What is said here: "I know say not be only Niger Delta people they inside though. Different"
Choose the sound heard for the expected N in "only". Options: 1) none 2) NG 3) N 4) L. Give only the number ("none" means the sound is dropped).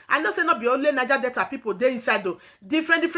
1